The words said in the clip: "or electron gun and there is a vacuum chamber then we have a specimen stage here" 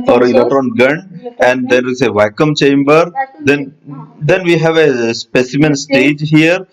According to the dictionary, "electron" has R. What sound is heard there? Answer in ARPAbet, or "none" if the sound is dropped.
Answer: none